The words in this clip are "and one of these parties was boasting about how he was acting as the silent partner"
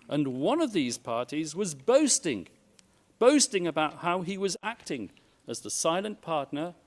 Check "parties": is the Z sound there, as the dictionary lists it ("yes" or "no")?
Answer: yes